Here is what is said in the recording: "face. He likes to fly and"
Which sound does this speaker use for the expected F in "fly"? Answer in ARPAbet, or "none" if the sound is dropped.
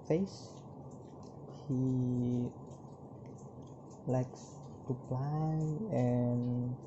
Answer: P